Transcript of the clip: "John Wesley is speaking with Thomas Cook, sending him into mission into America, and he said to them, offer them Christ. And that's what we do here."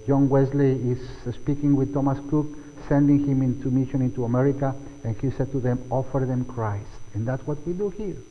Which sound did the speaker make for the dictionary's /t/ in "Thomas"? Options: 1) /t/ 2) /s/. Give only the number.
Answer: 1